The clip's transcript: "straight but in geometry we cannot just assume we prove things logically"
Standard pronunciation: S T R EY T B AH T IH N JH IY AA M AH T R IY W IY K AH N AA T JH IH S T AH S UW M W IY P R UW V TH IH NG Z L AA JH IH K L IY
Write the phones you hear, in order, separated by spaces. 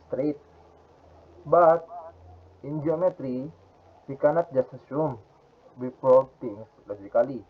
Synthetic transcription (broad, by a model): S T R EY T B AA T IH N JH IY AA M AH T R IY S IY K AH N AA T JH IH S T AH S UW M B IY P AO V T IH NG S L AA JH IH K L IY